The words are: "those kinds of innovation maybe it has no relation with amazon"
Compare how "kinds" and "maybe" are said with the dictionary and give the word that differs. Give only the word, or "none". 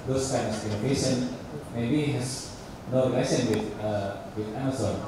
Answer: kinds